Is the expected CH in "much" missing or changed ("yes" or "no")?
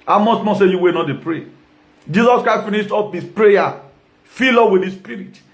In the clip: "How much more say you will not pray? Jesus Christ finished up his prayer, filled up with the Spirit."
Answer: yes